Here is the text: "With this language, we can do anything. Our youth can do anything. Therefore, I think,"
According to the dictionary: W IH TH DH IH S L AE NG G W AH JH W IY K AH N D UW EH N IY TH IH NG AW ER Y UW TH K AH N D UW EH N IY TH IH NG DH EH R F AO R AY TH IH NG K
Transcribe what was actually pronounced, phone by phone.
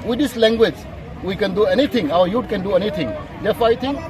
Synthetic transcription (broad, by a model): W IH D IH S L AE NG G W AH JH W IY K AH N D UW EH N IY T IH NG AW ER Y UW T K AH N D UW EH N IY T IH NG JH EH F AY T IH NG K